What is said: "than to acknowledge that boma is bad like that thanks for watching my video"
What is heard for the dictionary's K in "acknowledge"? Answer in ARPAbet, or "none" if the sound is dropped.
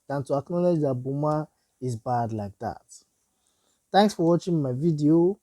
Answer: K